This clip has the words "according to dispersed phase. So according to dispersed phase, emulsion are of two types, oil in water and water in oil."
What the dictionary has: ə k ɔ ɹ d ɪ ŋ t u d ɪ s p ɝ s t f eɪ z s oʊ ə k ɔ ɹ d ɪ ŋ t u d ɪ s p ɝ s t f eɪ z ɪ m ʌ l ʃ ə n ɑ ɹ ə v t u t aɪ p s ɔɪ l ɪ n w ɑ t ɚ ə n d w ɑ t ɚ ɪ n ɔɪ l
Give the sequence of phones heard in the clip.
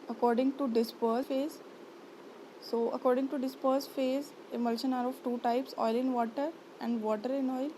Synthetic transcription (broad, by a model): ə k ɔ ɹ d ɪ ŋ t u d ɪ s p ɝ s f eɪ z s oʊ ə k ɔ ɹ d ɪ ŋ t u d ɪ s p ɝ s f eɪ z ɪ m ʌ l ʃ ə n ɑ ɹ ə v t u t aɪ p s ɔɪ l ɪ n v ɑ t ɚ ə n d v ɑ t ɚ ɪ n ɔɪ l